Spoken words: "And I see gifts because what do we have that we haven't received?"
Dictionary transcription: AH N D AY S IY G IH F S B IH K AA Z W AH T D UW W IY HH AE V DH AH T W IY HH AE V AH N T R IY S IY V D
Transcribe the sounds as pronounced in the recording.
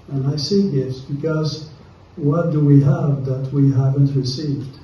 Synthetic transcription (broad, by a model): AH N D AY S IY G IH S B IH K AA Z W AH T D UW W IY HH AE V DH AH T W IY HH AE V AH N T R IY S IY V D